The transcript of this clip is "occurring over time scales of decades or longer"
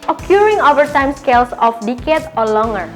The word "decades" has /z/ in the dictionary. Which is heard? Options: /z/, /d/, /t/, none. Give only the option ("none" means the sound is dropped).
none